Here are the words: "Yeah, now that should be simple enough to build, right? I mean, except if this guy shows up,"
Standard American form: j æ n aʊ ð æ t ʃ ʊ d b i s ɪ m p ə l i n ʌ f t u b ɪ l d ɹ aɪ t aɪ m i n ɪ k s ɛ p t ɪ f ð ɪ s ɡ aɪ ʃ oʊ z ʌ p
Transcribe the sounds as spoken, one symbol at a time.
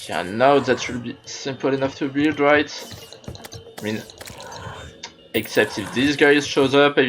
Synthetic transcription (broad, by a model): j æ n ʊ ð æ t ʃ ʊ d b i s ɪ m p ə l i n ʌ f t u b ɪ l d ɹ aɪ t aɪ m i n ɪ k s ɛ p t ɪ f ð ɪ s ɡ aɪ ʃ oʊ z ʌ p